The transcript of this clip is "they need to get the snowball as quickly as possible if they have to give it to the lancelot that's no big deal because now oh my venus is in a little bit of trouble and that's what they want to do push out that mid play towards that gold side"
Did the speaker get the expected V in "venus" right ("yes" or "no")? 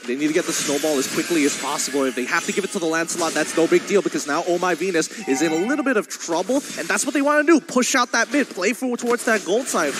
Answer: yes